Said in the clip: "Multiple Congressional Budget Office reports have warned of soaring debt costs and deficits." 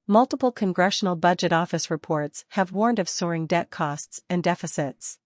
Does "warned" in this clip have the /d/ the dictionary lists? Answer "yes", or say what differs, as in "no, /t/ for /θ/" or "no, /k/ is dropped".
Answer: yes